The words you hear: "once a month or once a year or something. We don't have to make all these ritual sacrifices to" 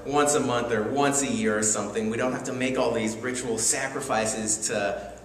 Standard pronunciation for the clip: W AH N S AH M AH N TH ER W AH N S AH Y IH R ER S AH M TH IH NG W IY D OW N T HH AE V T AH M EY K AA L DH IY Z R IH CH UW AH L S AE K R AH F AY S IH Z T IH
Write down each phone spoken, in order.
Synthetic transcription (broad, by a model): W AH N S AH M AH N TH ER W AH N S AH Y IH R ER S AH M TH IH NG W IY D OW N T HH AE F T AH M EY K AA L DH IY Z R IH CH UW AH L S AE K R AH F AY S IH Z T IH